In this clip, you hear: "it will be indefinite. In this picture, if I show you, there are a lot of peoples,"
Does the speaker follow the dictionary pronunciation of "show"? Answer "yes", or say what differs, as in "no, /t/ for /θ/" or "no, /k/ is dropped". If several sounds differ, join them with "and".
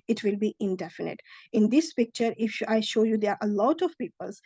yes